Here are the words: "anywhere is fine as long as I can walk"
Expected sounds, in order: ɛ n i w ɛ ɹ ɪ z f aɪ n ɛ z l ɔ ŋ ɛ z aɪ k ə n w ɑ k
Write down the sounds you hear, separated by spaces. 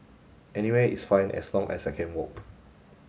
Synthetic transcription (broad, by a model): ɛ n i w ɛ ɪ s f aɪ n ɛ s l ɔ ŋ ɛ s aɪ k ə n w ɑ k